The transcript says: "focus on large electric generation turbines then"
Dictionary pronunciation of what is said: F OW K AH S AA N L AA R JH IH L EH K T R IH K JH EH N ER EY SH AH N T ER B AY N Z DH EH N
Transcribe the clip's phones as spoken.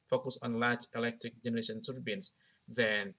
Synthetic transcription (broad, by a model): F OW K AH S AA N L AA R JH IH L EH K T R IH K JH EH N ER EY SH AH N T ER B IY N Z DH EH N